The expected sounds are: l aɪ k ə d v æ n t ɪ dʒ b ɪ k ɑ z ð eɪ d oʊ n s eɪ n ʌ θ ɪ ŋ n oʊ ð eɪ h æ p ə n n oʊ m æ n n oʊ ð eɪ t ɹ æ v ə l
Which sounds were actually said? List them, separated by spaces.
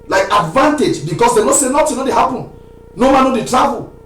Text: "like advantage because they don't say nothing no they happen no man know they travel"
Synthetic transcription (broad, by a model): l aɪ k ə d v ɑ n t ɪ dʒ b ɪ k ɑ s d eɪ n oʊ s eɪ n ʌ t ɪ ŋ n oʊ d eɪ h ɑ p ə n n oʊ m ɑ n n oʊ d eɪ t ɹ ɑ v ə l